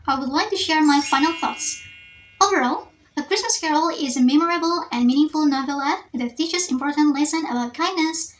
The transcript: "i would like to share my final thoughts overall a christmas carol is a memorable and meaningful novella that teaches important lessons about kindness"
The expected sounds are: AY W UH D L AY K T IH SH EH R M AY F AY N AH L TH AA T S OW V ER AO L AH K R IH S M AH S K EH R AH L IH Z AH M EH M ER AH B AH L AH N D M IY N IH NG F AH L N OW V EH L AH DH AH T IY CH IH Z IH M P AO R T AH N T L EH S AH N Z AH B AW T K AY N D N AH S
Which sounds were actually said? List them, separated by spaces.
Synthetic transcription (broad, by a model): AY W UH D L AY K T IH SH EH R M AY F AY N AH L TH AA T S OW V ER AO L AH K R IH S M AH S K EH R L IH Z AH M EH M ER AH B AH L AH N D M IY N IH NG F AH L N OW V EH L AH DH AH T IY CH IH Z IH M P AO R T AH N T L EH S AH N AH B AW T K AY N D N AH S